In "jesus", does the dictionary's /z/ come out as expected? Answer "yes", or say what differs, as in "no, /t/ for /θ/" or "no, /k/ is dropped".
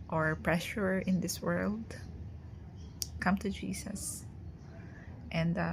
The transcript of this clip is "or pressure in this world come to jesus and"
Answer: no, /s/ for /z/